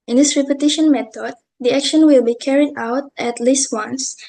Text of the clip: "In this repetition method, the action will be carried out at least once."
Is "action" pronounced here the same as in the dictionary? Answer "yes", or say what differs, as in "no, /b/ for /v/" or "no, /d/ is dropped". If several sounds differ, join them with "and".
yes